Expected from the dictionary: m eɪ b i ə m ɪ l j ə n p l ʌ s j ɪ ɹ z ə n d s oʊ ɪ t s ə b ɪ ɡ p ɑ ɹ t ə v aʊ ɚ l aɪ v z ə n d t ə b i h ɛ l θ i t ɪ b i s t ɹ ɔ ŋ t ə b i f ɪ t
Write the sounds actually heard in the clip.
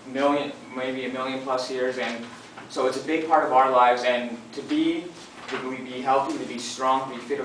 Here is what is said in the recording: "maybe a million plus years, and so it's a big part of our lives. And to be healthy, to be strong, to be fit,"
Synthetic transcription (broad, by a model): m eɪ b i ə m ɪ l j ə n p l ʌ s j ɪ ɹ z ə n s oʊ ɪ t s ə b ɪ ɡ p ɑ ɹ t ə v aʊ ɚ l aɪ v z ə n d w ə b i h ɛ l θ i t ɪ b i s t ɹ ɔ ŋ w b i f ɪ t